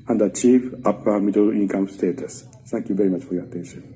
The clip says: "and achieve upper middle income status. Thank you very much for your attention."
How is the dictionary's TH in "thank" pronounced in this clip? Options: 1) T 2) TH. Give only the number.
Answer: 1